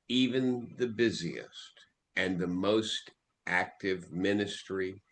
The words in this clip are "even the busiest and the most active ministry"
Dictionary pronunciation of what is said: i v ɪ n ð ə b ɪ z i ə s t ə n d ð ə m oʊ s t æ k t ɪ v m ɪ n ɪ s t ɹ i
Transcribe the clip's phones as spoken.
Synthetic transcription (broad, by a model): i v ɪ n ð ə b ɪ z i ə s t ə n ð ə m oʊ s t æ k t ɪ v m ɪ n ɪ s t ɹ i